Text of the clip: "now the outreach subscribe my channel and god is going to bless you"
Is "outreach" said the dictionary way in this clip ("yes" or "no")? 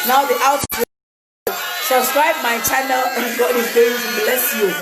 no